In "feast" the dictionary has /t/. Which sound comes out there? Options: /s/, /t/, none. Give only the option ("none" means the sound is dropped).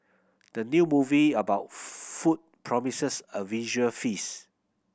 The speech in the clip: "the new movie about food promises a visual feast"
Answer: none